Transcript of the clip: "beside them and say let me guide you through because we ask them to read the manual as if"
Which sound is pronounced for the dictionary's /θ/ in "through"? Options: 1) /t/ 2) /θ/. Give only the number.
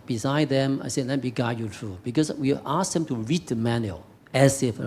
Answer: 1